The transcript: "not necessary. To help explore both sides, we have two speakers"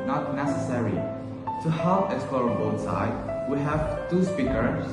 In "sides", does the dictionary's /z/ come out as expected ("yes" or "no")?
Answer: no